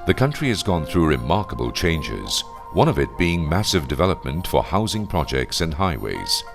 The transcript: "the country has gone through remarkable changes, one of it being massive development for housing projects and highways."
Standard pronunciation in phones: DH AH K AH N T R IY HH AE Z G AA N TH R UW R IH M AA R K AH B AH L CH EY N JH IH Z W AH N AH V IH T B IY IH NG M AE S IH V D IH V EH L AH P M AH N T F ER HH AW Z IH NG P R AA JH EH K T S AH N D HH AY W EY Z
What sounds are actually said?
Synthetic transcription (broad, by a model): DH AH K AH N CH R IY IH Z G AA N TH R UW R IH M AA R K AH B AH L CH EY N JH IH Z W AH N AH V IH T B IY IH NG M AE S IH V D IH V EH L AH P M AH N T F ER HH AW Z IH NG P R AA JH EH K T S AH N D HH AY W EY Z